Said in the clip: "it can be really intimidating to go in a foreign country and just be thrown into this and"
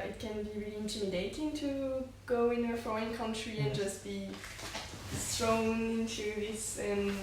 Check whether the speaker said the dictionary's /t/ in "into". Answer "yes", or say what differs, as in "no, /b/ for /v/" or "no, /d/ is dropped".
no, /s/ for /t/